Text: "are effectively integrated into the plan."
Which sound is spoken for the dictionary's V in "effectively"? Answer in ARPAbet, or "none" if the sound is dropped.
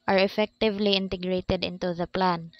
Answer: V